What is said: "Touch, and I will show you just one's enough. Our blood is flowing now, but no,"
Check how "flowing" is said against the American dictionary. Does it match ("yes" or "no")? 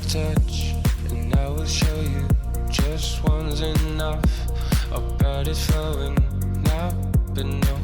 no